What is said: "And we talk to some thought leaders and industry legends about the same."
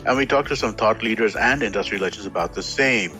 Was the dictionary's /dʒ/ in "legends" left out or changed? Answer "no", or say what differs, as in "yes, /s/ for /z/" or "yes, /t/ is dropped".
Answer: yes, /tʃ/ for /dʒ/